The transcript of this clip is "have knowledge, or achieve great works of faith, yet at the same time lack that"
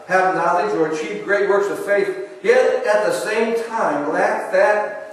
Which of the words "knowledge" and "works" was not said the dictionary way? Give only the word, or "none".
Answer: knowledge